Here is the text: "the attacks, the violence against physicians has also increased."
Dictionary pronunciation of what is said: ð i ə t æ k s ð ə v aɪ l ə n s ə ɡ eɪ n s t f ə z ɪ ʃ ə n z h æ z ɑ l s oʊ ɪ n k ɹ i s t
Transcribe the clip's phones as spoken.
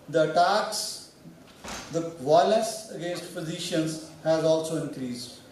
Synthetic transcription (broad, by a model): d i ə t æ k s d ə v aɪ l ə s ə ɡ eɪ n s t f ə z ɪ ʃ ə n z h æ z ɑ l s oʊ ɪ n k ɹ i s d